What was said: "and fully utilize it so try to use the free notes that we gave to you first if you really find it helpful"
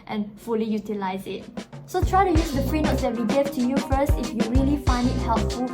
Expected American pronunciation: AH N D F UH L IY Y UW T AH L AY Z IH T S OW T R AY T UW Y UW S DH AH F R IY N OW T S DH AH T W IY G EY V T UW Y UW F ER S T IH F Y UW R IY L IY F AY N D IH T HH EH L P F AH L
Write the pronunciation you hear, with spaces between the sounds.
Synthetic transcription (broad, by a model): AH N F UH L IY Y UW T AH L AY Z IH T S OW T R AY T UW Y UW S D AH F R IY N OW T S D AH T W IY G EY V T UW Y UW F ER S T IH F Y UW R IY L IY F AY N D IH T HH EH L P F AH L